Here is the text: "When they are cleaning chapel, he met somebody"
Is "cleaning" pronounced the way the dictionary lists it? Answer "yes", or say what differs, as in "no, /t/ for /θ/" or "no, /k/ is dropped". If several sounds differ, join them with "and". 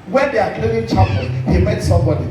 no, /n/ is dropped